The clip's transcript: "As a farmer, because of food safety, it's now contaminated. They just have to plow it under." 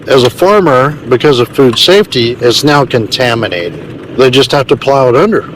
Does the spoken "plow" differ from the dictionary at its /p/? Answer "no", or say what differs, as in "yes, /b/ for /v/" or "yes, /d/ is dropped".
no